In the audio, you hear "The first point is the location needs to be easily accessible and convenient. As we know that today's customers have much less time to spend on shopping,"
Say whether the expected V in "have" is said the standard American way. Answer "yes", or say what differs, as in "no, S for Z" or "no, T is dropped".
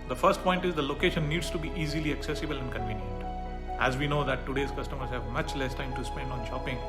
yes